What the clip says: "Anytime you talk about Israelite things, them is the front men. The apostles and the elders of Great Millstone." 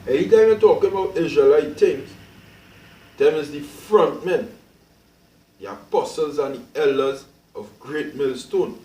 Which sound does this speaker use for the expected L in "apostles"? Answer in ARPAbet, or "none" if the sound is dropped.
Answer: L